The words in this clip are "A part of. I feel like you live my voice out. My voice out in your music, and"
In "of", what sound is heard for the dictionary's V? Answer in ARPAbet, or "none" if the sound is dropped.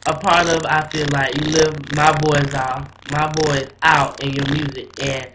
V